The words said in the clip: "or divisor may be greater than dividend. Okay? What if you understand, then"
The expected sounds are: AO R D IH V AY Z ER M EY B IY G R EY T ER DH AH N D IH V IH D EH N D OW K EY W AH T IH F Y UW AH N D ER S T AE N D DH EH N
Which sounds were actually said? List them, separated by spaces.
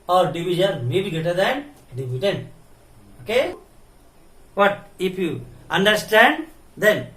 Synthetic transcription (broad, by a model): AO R D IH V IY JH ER M EY B IY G EY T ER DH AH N D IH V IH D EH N OW K EY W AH T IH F Y UW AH N D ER S T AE N D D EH N